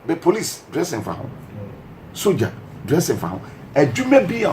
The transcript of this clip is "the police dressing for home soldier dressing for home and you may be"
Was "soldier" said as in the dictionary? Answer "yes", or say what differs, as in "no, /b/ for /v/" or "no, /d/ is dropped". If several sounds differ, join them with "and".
no, /l/ is dropped